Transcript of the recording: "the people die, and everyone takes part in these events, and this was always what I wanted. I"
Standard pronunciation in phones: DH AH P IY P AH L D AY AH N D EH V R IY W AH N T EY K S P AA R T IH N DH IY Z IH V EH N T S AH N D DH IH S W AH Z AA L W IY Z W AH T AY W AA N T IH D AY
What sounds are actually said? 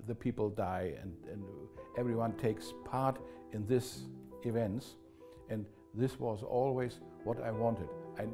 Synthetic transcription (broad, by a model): DH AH P IY P L D AY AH N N EH V R IY W AH N T EY K S P AA R T IH N DH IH S IH V EH N T S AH N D DH IH S W AH Z AA L W IY Z W AH T AY W AA N T IH D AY